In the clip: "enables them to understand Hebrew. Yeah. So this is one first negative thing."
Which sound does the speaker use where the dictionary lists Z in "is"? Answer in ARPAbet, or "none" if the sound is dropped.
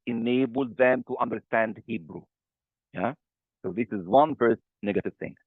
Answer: Z